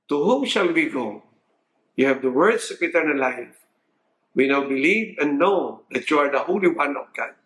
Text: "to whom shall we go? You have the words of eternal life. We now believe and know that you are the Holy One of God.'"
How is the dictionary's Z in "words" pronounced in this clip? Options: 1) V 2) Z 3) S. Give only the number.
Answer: 3